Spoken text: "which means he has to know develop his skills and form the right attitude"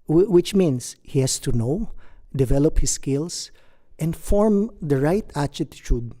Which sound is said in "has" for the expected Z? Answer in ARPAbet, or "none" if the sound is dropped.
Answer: S